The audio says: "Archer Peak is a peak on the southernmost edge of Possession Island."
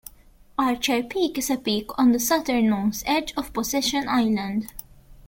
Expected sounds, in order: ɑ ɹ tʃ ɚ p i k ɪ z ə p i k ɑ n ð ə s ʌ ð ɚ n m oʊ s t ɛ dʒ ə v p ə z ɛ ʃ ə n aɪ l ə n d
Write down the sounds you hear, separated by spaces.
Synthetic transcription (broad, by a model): ɑ ɹ tʃ ɚ p i k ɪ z ə p i k ɑ n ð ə s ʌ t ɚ n oʊ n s ɛ dʒ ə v p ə s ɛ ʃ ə n aɪ l ə n d